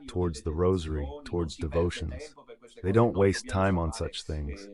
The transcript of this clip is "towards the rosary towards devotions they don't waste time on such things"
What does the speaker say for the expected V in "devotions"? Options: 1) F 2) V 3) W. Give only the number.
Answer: 2